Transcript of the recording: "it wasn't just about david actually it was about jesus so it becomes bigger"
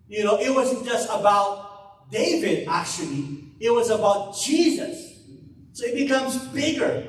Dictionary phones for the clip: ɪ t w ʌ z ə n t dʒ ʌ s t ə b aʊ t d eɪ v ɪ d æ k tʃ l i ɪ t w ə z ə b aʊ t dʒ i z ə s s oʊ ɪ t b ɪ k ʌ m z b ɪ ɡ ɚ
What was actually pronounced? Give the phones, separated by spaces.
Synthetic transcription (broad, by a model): ɪ t w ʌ z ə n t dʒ ʌ s t ə b aʊ t d eɪ v ɪ d æ k tʃ l i ɪ t w ə z ə b aʊ t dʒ i z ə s s oʊ ɪ t b ɪ k ʌ m z b ɪ ɡ ɚ